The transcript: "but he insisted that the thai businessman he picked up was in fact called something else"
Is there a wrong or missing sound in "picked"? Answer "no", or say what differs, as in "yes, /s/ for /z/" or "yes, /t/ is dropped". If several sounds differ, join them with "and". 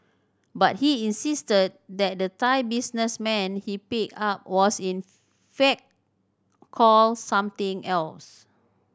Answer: yes, /t/ is dropped